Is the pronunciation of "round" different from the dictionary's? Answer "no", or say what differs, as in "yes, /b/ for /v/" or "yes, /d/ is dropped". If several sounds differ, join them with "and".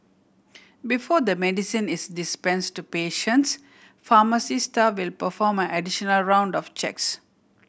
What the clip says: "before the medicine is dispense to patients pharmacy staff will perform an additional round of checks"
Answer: no